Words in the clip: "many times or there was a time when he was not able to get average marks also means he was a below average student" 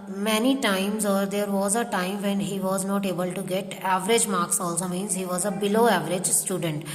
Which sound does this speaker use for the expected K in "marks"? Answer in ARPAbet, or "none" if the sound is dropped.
K